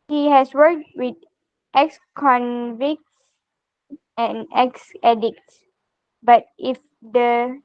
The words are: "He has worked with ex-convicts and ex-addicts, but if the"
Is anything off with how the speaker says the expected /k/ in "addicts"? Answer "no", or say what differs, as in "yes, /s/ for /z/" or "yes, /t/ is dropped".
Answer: no